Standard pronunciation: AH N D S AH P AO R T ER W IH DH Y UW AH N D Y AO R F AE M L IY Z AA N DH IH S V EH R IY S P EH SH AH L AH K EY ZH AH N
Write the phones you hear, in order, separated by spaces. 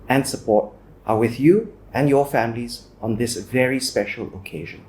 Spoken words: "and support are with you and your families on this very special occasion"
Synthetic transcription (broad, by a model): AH N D S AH P AO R T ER W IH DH Y UW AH N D Y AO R F AE M L IY Z AA N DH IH S V EH R IY S P EH SH AH L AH K EY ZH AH N